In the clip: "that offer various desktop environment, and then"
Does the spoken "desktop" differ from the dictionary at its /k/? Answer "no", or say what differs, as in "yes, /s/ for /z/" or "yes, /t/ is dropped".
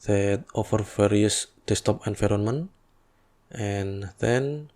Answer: yes, /k/ is dropped